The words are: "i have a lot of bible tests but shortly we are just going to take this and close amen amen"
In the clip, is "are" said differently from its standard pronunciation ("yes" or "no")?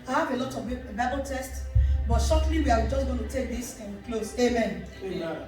yes